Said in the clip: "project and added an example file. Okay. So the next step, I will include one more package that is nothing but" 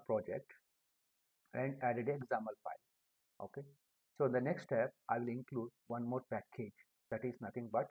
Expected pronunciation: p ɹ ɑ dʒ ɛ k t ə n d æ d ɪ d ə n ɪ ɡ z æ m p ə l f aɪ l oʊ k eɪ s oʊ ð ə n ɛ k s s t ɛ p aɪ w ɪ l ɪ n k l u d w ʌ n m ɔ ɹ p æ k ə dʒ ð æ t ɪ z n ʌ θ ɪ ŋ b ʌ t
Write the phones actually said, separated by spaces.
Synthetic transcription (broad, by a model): p ɹ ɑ dʒ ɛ k t ə n d æ d ɪ d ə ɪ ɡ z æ m ə l f aɪ l oʊ k eɪ s oʊ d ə n ɛ k s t t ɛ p aɪ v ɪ l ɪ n k l u d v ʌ n m ɔ ɹ p æ k ə dʒ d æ t ɪ z n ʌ t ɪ ŋ b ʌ t